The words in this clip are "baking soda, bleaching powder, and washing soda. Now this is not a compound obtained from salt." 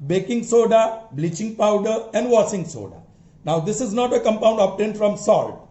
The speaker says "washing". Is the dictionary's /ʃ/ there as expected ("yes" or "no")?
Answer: no